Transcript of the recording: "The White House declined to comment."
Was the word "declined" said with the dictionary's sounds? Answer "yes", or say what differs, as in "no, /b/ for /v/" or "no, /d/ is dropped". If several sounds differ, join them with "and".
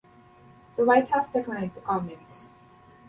no, /n/ is dropped